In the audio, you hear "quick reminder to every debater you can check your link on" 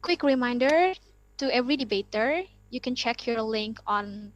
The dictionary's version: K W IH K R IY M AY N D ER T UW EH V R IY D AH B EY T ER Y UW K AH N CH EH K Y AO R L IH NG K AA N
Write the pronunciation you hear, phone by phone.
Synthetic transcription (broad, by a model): K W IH K R IY M AY N D ER T UW EH V R IY D AH B EY T ER Y UW K AH N CH EH K Y AO R L IH NG K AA N